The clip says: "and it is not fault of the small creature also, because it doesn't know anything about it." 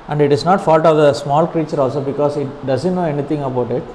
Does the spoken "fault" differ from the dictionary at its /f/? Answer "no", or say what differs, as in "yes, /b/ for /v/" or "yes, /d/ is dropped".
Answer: no